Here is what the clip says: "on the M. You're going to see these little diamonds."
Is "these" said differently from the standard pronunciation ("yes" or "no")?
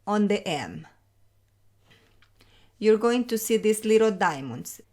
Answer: yes